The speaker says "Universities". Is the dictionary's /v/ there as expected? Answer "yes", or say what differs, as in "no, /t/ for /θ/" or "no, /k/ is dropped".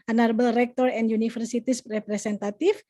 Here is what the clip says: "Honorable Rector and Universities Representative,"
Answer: no, /f/ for /v/